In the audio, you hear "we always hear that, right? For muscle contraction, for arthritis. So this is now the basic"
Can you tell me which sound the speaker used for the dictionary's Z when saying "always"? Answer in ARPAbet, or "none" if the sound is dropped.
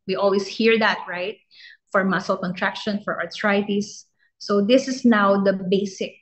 S